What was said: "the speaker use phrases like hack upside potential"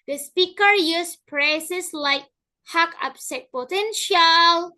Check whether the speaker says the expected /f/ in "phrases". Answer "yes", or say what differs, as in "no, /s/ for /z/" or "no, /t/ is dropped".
no, /p/ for /f/